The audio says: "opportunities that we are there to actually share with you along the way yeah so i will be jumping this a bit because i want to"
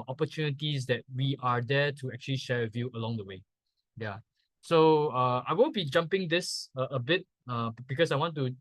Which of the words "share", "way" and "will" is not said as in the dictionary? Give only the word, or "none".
will